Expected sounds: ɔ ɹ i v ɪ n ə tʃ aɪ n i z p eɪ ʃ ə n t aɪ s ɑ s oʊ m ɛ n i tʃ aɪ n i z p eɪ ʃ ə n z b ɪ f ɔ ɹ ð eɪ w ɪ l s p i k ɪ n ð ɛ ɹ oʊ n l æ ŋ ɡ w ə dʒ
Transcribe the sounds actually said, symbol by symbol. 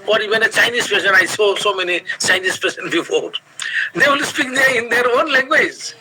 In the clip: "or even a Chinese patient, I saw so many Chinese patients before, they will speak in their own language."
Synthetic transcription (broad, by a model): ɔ ɹ i v ɪ n ə tʃ aɪ n i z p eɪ s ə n aɪ s ɑ s oʊ m ɛ n i tʃ aɪ n i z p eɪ s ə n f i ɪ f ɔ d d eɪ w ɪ l s p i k ɪ n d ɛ ɹ oʊ n l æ ŋ ɡ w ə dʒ